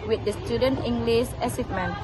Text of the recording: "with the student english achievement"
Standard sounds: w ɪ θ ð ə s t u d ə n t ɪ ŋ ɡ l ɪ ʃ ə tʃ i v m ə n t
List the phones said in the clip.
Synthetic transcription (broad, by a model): w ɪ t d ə s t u d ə n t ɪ ŋ ɡ l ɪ s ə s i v m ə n